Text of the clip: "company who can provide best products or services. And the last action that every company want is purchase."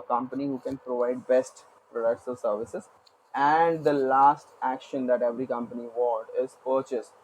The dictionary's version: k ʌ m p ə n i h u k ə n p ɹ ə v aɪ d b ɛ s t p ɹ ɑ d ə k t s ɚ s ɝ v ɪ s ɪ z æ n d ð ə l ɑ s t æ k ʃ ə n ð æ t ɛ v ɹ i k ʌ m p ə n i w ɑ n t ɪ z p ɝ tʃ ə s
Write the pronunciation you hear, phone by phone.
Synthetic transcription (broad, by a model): k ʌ m p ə n i h u k ə n p ɹ ə v aɪ d b ɛ s t p ɹ ɑ d ə k t s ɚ s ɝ v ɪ s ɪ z æ n d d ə l ɑ s t æ k ʃ ə n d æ t ɛ v ɹ i k ʌ m p ə n i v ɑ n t ɪ z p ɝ tʃ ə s